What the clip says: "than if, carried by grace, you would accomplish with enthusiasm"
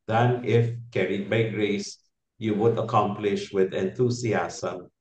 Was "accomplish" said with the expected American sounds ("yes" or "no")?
yes